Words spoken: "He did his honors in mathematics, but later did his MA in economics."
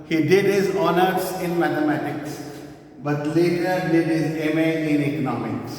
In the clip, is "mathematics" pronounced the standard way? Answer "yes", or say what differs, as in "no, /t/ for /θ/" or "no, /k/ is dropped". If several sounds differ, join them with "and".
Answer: no, /t/ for /θ/